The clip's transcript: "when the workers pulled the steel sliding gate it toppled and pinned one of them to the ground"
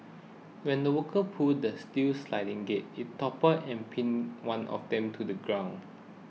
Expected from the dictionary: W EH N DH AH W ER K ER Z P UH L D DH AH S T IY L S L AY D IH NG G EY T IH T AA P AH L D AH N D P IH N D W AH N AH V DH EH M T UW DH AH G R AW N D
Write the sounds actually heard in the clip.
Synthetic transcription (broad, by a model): W EH N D AH W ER K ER P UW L D AH S T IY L S L AY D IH NG G EY T IH T AA P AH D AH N P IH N W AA N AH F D EH M T UW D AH G R AW N